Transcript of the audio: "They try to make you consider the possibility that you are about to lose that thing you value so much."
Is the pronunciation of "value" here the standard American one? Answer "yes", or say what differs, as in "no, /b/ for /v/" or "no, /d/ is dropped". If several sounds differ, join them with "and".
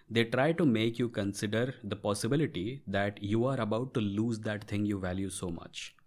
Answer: yes